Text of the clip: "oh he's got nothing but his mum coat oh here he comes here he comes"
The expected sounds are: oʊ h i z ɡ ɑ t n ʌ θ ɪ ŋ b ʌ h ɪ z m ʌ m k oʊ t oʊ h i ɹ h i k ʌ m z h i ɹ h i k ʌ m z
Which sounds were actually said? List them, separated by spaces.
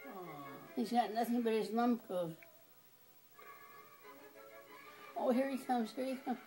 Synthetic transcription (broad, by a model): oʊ h i z ɡ ɑ t n ʌ θ ɪ ŋ b ʌ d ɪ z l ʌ m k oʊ oʊ h i ɹ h i k ʌ m z h i ɹ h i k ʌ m